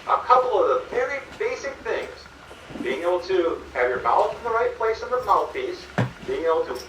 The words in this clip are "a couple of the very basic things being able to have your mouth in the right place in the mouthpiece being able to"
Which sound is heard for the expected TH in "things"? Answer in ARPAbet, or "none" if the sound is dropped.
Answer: TH